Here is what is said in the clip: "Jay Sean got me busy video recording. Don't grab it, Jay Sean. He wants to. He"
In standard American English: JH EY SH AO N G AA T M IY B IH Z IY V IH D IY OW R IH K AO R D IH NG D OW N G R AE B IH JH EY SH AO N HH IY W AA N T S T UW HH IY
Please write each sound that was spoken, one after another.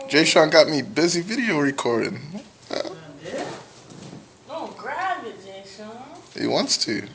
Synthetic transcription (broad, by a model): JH EY SH AO N G AA T M IY B IH Z IY V IH D IY OW R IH K AO R D IH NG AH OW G R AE IH JH EY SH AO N HH IY W AA N T S T UW